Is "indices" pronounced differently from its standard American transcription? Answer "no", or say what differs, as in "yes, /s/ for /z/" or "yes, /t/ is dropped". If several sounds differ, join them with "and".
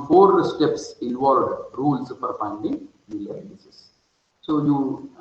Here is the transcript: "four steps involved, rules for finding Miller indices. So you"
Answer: yes, /n/ is dropped